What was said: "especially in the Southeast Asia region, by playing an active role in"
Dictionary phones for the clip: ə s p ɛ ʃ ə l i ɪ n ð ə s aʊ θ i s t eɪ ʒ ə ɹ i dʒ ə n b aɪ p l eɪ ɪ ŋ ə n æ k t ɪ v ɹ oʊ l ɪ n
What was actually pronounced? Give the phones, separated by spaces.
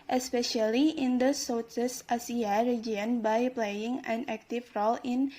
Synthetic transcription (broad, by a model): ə s p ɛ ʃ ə l i ɪ n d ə s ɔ s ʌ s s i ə ɹ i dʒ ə n b aɪ p l eɪ ɪ ŋ ə n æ k t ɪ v ɹ oʊ l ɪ n